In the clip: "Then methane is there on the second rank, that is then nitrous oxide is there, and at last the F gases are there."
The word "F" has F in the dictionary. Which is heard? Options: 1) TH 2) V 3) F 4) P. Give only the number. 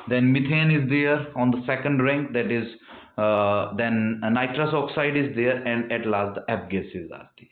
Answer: 4